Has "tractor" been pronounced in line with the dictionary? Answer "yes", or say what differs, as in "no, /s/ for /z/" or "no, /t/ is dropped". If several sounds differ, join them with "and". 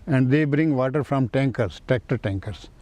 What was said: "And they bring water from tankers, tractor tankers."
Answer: no, /ɹ/ is dropped